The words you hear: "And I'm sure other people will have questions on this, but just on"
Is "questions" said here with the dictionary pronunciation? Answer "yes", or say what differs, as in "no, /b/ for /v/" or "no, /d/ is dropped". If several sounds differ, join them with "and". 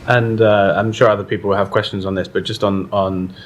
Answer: yes